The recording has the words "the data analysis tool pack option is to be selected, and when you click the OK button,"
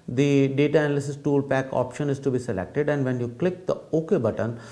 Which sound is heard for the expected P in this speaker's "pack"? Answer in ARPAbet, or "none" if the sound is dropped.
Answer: P